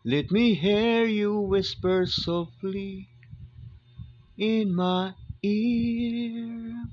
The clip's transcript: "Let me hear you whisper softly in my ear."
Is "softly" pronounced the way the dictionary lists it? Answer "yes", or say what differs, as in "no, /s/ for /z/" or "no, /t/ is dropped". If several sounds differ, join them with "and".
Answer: yes